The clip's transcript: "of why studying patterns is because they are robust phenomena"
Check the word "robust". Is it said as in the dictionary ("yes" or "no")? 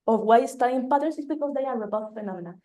no